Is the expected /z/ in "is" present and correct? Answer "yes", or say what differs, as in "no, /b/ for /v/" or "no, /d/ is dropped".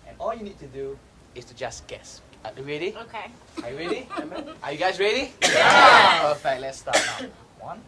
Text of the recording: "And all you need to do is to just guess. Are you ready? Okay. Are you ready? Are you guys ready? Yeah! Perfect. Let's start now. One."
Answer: no, /s/ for /z/